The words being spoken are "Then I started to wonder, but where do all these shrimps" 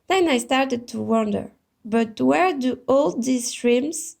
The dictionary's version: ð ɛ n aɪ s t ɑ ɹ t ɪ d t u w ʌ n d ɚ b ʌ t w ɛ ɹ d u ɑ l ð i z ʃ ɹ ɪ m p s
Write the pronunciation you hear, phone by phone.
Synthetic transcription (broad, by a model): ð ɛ n aɪ s t ɑ ɹ t ɪ d t u w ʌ n d ɚ b ʌ t w ɛ ɹ d u ɑ l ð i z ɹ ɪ m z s